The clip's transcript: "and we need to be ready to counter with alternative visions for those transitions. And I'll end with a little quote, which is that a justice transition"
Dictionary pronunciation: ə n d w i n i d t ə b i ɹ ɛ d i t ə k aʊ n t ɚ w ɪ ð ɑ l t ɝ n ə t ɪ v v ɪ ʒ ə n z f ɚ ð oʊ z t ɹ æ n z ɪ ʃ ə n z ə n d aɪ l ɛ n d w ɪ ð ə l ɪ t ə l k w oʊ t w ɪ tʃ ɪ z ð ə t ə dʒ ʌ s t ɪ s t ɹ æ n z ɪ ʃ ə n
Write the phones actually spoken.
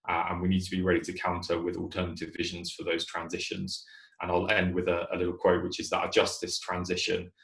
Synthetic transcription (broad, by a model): ə n w i n i d t ə b i ɹ ɛ d i t ə k aʊ n t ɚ w ɪ ð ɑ l t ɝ n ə t ɪ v v ɪ ʒ ə n z f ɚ ð oʊ z t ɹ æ n z ɪ ʃ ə n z ə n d aɪ l ɛ n d w ɪ ð ə l ɪ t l k w oʊ t w ɪ tʃ ɪ z ð ə t ə dʒ ʌ s t ɪ s t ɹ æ n z ɪ ʃ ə n